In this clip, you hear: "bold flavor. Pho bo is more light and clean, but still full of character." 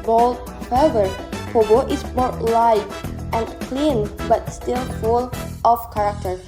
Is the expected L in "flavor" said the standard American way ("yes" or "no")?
no